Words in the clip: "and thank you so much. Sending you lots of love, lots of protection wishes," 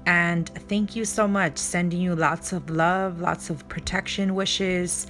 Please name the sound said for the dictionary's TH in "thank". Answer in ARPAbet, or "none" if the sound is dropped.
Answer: TH